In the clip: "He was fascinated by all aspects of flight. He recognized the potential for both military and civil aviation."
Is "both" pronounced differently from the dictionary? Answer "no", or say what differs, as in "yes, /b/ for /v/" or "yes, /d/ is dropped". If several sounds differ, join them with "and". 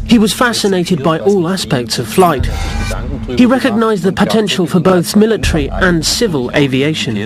no